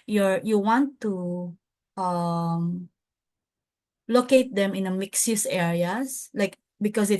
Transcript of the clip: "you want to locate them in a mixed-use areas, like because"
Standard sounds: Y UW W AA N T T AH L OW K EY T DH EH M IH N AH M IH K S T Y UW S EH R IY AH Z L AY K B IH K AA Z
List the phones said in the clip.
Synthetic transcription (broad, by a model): Y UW W AA N T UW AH L OW K EY T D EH M IH N AH M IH K S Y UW S EH R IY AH S L AY K B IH K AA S